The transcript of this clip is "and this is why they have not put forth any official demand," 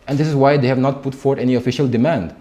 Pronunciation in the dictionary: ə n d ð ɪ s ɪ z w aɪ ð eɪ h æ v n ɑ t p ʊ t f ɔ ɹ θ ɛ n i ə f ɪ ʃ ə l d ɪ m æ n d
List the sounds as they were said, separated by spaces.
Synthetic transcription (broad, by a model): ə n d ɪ s ɪ z w aɪ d eɪ h æ v n ɑ t p ʊ t f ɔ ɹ t ɛ n i ə f ɪ ʃ ə l d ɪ m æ n d